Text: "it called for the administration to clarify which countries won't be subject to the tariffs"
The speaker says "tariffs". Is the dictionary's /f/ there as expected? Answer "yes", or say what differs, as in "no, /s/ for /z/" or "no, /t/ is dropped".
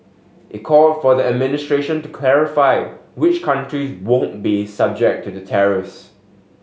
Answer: no, /f/ is dropped